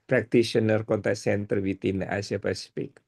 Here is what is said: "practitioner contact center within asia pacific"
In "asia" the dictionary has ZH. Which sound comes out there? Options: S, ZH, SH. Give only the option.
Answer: S